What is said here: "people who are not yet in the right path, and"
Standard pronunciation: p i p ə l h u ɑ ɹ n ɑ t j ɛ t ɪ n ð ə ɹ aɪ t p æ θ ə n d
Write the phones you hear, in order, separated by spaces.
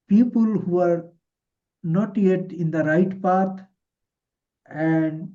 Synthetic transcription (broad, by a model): p i p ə l h u ɑ ɹ n ɑ t j ɛ t ɪ n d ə ɹ aɪ t p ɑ t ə n d